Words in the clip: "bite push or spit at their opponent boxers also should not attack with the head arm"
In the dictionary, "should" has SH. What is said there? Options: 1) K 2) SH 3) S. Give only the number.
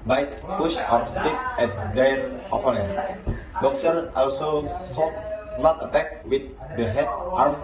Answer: 3